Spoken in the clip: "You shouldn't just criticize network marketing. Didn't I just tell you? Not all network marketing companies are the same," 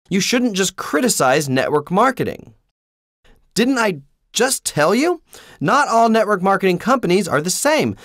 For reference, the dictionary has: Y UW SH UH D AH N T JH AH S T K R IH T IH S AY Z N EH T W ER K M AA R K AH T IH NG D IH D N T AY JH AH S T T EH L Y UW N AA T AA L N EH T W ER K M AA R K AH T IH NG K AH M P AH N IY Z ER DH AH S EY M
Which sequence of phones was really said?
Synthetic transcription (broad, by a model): Y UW SH UH D N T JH AH S K R IH T IH S AY Z N EH T W ER K M AA R K AH T IH NG D IH D N T AY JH AH S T T EH L Y UW N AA T AA L N EH T W ER K M AA R K AH T IH NG K AH M P AH N IY Z ER DH AH S EY M